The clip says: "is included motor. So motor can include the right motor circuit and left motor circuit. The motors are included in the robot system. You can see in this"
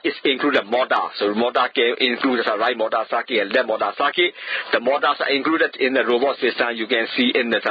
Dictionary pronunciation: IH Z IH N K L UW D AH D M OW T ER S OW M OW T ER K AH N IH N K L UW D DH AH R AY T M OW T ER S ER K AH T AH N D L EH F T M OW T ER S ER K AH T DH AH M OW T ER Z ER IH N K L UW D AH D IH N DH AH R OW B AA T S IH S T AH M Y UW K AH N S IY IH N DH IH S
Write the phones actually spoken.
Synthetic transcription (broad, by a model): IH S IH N K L UW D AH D M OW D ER S OW M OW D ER K AH N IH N K L UW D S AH R AY T M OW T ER S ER K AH AH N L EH T M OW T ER S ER K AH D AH M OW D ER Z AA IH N K L UW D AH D IH N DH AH R OW B AA T S IH S T AH M Y UW K AH N S IY IH N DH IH